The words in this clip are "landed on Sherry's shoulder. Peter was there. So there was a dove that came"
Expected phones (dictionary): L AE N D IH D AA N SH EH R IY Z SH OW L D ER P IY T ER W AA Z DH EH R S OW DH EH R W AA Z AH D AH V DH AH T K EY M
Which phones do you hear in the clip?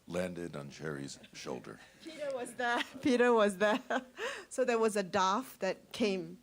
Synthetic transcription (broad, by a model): L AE N D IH D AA N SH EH R IY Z SH OW L D ER P IY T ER W AA Z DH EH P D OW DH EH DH W AA Z AH D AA F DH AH T K EY M